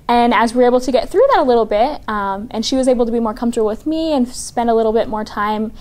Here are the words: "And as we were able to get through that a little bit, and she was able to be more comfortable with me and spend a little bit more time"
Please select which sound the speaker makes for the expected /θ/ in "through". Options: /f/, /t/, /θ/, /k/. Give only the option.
/θ/